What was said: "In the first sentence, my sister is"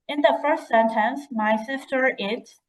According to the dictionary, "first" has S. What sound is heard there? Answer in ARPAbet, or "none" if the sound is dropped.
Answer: S